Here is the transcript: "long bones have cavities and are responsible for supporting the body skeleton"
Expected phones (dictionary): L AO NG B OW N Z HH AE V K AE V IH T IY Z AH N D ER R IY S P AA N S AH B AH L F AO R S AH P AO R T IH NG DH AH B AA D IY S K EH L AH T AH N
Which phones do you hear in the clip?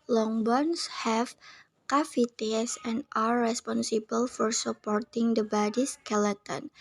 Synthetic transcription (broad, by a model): L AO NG B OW N S HH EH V K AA F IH T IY S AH N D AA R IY S P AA N S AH B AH L F AO R S AH P AO R T IH NG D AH B AA D IY S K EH L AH T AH N